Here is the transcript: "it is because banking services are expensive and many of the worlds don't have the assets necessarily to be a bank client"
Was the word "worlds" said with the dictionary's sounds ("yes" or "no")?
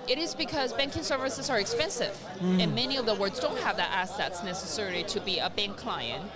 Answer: no